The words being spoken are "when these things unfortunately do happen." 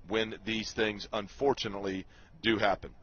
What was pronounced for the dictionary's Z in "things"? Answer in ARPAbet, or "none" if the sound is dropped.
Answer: Z